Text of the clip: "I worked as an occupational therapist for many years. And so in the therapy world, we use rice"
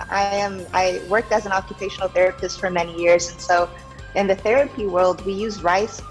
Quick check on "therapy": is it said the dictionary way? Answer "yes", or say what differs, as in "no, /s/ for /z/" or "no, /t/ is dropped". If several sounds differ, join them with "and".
yes